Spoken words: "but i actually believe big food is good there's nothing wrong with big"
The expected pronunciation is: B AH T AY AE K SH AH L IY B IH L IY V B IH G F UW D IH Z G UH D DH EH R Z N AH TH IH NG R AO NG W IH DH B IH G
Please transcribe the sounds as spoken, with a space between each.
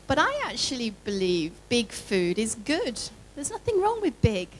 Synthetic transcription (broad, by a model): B AH T AY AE K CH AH L IY B IH L IY V B IH G F UW D IH Z G UH D DH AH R Z N AH TH IH NG R AO NG W IH DH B IH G